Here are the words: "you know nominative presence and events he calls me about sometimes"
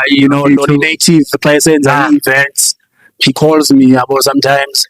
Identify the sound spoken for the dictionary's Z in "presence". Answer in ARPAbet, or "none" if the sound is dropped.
S